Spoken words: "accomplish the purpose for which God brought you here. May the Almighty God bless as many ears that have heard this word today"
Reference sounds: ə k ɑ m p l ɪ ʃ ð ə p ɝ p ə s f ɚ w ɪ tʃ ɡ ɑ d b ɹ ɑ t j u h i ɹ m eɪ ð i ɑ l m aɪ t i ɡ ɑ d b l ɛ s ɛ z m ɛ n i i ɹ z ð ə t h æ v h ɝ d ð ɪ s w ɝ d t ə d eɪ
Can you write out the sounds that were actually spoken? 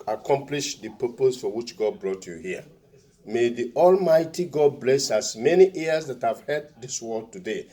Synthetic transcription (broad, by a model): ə k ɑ m p l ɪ ʃ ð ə p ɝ p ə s f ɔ w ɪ tʃ ɡ ɑ d b ɹ ɑ t j u h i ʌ m eɪ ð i ɑ l m aɪ t i ɡ ɑ d b l ɛ s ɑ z m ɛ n i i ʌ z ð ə t h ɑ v h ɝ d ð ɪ s w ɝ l t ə d eɪ